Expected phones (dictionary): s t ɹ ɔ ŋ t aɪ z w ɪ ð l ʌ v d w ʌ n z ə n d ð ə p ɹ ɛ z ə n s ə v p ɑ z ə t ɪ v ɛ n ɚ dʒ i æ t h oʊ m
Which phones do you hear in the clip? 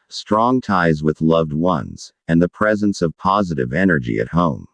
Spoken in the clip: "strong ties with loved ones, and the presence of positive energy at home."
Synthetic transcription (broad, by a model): s t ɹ ɔ ŋ t aɪ z w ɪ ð l ʌ v d w ʌ n z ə n ð ə p ɹ ɛ z ə n s ə v p ɑ z ə t ɪ v ɛ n ɚ dʒ i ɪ t h oʊ m